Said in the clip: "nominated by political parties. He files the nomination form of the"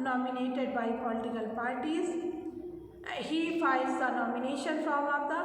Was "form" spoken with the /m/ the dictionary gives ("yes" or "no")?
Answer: no